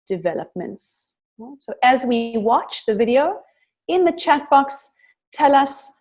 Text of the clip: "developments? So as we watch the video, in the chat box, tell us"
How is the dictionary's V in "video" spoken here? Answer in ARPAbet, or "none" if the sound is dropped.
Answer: V